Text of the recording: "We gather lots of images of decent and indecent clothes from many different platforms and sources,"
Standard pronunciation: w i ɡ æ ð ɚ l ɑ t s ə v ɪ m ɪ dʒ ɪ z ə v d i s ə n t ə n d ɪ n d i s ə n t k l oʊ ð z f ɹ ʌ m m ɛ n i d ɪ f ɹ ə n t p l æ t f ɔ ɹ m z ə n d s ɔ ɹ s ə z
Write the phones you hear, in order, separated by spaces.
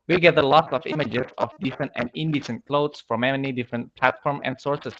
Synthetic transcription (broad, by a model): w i ɡ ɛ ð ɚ l ɑ t s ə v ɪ m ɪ dʒ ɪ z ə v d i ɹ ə n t ə n d ɪ n d i s ə n t k l oʊ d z f ɹ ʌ m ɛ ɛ n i d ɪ f ɹ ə n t p l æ t f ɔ ɹ m ə n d s ɔ ɹ s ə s